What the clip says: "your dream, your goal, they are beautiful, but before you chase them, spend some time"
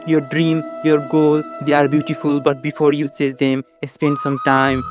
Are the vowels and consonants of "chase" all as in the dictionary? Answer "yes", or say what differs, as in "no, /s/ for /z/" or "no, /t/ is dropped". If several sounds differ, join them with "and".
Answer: no, /s/ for /tʃ/